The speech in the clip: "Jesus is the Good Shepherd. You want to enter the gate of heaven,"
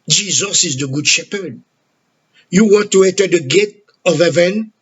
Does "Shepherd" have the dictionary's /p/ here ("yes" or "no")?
yes